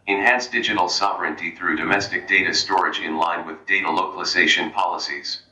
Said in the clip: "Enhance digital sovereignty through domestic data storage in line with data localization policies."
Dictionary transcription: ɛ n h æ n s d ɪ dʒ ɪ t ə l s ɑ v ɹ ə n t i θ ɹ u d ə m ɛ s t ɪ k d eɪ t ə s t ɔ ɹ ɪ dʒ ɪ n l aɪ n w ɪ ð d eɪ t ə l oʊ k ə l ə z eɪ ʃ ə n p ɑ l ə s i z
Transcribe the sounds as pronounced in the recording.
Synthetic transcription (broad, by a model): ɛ n h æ n s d ɪ dʒ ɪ t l s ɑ v ɹ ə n t i θ ɹ u d ə m ɛ s t ɪ k d eɪ t ə s t ɔ ɹ ɪ dʒ ɪ n l aɪ n w ɪ ð d eɪ t ə l oʊ k ə l ə z eɪ ʃ ə n p ɑ l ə s i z